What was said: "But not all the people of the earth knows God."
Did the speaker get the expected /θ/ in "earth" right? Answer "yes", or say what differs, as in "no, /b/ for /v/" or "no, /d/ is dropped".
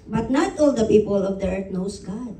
no, /t/ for /θ/